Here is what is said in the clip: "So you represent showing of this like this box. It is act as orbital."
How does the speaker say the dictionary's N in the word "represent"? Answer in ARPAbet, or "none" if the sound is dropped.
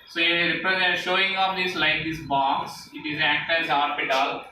none